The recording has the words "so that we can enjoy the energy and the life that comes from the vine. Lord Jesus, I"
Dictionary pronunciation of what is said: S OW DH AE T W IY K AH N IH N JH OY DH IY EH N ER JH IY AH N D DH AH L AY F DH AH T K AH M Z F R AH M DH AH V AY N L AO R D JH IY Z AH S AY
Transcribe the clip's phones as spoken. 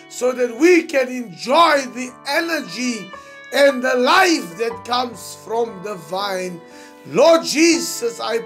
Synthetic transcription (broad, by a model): S OW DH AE T W IY K AH N IH N JH OY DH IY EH N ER JH IY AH N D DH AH L AY F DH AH T K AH M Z F R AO M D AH V AY N L AO D JH IY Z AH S AY